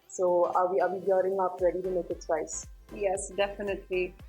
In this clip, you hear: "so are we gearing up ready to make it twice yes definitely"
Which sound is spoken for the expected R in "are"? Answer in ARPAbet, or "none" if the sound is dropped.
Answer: W